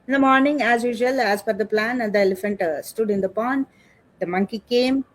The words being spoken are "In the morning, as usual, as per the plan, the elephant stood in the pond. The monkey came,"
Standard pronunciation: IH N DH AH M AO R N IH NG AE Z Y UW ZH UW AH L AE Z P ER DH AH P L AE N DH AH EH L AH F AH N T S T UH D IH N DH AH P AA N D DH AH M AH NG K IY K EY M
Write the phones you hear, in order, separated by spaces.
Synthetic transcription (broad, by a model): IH N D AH M AO R N IH NG AE Z Y UW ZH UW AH L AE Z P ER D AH P L AE N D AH EH L AH F AH N T S T UH D IH N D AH P AA N D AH M AH NG K IY K EY M